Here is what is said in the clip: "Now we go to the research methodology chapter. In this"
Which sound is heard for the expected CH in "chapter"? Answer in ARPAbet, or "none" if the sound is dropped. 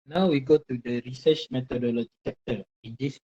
S